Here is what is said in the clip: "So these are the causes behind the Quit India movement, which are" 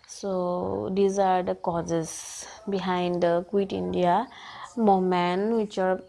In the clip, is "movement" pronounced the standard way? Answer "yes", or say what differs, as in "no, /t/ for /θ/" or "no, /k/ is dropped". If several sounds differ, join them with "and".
no, /v/ is dropped